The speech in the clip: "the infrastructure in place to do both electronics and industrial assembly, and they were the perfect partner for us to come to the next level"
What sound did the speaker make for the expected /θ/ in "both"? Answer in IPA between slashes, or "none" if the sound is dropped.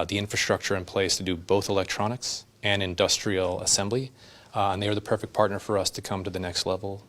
/θ/